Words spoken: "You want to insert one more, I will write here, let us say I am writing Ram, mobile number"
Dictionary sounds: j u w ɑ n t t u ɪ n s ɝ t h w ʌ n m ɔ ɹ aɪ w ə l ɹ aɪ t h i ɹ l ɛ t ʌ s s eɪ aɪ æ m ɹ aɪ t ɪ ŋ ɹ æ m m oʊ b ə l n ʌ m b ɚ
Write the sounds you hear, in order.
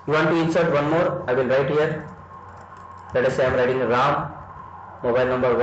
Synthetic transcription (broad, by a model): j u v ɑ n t t u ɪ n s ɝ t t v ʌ n m ɔ ɹ aɪ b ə n ɹ aɪ t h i ɹ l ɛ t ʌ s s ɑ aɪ m ɹ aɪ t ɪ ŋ ɹ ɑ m m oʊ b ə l n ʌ m b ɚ